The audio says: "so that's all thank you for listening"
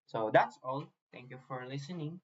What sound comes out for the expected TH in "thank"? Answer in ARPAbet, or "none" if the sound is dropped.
T